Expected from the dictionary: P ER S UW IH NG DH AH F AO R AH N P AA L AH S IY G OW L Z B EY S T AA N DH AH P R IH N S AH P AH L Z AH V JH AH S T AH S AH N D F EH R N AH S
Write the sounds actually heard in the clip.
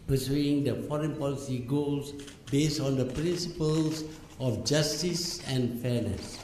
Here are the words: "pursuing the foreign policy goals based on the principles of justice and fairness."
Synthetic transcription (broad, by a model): P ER S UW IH NG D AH F AO R AH N P AA L AH S IY G OW L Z B EY S T AA N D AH P R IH N S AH P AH L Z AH F JH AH S T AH S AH N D F EH N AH S